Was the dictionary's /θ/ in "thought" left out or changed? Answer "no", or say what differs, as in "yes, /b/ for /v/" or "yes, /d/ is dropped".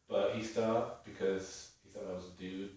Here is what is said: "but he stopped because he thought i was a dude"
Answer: no